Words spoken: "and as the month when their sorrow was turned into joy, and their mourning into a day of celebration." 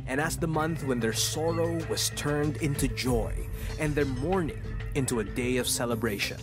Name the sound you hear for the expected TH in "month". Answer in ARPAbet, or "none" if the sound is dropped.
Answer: TH